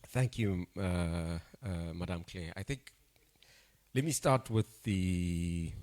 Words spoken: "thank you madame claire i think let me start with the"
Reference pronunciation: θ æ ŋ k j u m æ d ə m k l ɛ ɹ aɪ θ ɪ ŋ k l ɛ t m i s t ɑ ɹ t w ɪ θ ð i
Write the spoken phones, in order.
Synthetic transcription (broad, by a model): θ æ ŋ k j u m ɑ d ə m k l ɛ aɪ θ ɪ ŋ k l ɛ t m i s t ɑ t w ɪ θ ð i